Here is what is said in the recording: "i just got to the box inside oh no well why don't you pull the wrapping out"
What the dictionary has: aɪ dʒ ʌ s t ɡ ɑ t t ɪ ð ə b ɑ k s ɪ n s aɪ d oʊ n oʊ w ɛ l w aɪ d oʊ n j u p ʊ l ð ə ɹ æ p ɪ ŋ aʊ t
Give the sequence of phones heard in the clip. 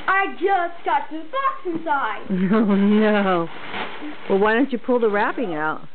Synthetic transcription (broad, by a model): aɪ dʒ ʌ s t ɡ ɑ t t ɪ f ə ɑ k s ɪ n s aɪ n oʊ n oʊ w ɛ l w aɪ d oʊ n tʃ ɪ p ʊ l ð ə ɹ æ p ɪ ŋ aʊ t